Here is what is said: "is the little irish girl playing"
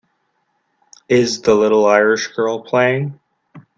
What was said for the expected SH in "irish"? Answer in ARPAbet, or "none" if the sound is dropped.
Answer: SH